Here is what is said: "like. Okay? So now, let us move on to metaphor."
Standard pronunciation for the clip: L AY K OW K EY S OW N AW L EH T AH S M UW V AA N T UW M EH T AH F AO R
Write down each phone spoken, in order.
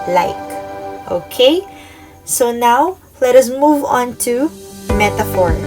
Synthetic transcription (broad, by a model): L AY K OW K EY S OW N AW L EH T AH S M UW V AA N T UW M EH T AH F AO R